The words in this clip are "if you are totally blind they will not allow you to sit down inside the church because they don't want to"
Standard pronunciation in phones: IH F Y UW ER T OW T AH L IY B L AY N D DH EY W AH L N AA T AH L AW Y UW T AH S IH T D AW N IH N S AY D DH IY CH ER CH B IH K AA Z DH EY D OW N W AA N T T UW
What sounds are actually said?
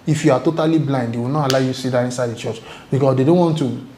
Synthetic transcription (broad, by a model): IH F Y UW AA T OW T AH L IY B L AY N D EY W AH N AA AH L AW Y UW S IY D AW IH N S AY D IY CH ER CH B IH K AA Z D EY D OW N W AA N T T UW